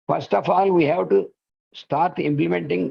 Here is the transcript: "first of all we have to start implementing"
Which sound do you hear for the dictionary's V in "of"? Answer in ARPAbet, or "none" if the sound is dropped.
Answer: F